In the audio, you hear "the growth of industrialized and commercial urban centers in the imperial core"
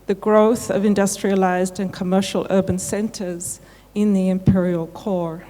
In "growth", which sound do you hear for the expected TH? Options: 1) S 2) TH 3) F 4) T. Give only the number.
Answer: 2